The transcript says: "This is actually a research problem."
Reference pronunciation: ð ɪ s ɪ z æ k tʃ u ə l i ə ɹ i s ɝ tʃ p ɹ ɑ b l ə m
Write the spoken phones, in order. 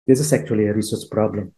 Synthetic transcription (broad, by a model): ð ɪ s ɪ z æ k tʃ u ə l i ə ɹ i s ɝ s p ɹ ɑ b l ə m